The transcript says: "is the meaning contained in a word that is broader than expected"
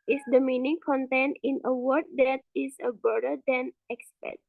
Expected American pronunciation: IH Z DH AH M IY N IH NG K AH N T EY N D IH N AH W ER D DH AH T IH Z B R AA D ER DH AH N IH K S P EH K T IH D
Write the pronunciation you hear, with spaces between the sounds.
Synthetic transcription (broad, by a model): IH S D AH M IY N IH NG K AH N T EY N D IH N AH W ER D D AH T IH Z B AA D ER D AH N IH K S P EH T